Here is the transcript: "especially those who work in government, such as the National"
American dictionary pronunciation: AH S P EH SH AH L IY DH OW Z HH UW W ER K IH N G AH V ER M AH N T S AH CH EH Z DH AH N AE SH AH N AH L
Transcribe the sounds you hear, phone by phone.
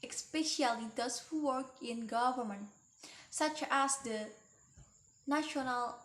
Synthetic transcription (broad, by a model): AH S P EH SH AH L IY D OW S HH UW W ER K IH N G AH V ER M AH N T S AH CH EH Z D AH N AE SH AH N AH L